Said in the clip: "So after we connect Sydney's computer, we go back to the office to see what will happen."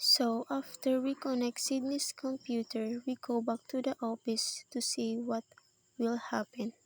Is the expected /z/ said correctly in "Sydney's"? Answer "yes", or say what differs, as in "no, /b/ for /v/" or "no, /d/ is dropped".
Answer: no, /s/ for /z/